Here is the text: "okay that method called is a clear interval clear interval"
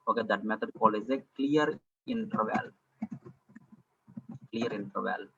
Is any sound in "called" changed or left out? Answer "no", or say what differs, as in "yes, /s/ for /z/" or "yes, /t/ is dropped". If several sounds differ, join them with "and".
yes, /d/ is dropped